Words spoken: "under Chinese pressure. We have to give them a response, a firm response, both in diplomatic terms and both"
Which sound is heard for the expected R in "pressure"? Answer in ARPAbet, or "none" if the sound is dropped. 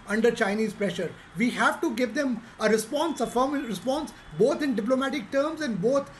R